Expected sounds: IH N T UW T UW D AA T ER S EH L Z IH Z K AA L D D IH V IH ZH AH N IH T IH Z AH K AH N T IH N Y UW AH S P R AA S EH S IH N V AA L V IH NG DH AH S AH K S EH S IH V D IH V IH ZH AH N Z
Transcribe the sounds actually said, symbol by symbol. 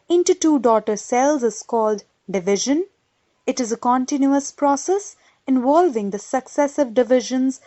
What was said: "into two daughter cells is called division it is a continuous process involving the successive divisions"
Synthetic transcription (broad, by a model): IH N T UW T UW D AA T ER S EH L Z IH Z K AA L D D IH V IH ZH AH N IH T IH Z AH K AH N T IH N Y UW AH S P R AA S EH S IH N V AA L V IH NG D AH S AH K S EH S IH V D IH V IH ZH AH N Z